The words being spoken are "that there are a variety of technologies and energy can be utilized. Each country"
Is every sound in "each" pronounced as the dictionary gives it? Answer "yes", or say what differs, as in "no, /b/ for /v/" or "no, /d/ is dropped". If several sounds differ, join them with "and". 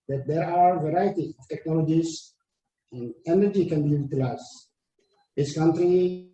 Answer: no, /s/ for /tʃ/